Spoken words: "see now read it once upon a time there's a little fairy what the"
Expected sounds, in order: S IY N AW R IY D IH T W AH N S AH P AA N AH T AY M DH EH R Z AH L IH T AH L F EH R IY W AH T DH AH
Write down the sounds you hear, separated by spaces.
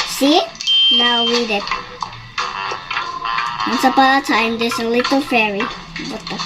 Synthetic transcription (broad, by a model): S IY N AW W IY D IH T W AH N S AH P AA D AH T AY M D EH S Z AH L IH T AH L F EH R IY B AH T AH